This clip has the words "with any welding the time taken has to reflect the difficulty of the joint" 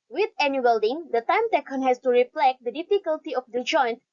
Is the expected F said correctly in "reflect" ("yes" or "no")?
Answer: no